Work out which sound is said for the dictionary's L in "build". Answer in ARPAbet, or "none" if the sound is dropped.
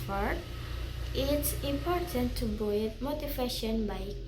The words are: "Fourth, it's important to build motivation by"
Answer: none